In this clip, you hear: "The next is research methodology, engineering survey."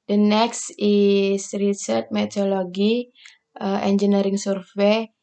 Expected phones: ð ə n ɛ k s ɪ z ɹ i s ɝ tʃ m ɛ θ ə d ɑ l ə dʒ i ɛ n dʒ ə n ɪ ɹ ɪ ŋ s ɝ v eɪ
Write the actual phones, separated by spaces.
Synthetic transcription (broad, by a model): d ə n ɛ k s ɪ s ɹ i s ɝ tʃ m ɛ t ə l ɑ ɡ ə i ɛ n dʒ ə n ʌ ɹ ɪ ŋ s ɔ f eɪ